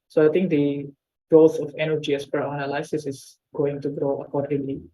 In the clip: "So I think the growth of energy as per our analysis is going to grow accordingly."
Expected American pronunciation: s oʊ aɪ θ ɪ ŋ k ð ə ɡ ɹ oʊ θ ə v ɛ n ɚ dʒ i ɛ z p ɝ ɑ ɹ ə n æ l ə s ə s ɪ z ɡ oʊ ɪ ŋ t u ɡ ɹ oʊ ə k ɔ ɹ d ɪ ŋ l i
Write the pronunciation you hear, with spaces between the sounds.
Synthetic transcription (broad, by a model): s oʊ aɪ t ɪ ŋ k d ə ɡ oʊ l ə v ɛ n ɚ dʒ i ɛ s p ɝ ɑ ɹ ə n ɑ l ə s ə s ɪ s ɡ oʊ ɪ ŋ t u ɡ ɹ oʊ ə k ɔ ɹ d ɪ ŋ l i